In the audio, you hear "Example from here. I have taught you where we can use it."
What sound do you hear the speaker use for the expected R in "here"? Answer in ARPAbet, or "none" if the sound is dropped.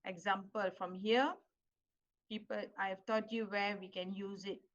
L